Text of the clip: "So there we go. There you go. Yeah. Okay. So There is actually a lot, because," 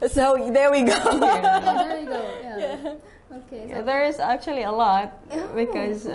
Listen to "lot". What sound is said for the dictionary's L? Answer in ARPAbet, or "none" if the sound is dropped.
L